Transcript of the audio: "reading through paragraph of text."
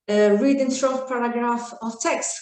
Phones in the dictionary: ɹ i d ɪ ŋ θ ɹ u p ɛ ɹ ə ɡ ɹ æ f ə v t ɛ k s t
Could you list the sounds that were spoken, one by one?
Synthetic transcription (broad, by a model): ɹ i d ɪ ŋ s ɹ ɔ p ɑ ɹ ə ɡ ɹ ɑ f ə v t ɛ k s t